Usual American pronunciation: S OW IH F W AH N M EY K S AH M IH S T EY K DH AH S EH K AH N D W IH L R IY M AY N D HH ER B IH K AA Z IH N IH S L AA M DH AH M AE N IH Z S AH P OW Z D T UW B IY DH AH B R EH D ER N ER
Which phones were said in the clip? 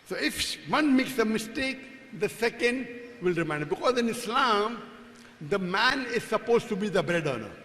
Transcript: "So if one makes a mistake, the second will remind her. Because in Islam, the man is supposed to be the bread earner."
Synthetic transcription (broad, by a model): S OW IH F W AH N M EY K S AH M IH S T EY K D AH S EH K AH N D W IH L R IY M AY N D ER B IH K AA Z IH N IH S L AA M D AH M AE N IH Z S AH P OW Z T UW B IY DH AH B R EH D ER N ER